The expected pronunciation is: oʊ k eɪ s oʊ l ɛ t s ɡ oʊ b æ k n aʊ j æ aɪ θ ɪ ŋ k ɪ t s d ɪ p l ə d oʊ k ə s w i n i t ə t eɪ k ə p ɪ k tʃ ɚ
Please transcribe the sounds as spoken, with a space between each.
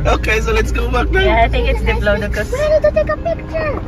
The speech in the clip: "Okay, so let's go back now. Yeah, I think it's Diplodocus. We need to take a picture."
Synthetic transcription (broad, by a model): oʊ k eɪ s oʊ l ɛ t s ɡ oʊ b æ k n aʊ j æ aɪ t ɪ ŋ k ɪ t s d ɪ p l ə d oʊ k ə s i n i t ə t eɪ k ə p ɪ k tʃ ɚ